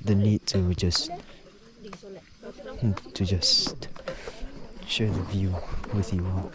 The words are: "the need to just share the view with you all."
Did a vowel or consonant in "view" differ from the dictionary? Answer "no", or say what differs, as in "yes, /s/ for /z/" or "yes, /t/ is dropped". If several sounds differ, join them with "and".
no